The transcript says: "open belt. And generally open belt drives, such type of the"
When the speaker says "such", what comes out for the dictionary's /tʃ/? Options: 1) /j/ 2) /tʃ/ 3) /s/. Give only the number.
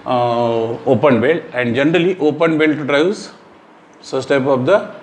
3